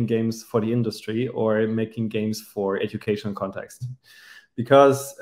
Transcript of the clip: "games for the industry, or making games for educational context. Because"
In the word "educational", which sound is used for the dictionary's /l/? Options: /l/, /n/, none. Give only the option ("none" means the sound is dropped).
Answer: /n/